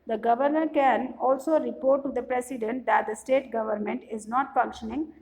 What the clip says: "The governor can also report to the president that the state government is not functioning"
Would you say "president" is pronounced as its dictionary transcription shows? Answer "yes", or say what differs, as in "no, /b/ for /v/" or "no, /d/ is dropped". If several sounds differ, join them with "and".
no, /s/ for /z/